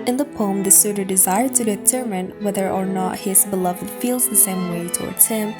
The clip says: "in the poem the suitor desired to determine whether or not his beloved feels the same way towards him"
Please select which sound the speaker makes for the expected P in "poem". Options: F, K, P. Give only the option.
P